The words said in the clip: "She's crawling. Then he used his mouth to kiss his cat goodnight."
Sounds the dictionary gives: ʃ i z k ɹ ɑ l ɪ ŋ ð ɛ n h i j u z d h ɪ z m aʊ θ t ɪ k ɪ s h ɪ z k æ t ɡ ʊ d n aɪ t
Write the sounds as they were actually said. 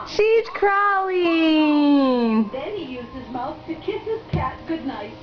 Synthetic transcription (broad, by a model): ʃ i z k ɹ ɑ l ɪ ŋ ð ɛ n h i j u z d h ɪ z m aʊ θ t ɪ k ɪ s h ɪ z k æ t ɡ ʊ d n aɪ t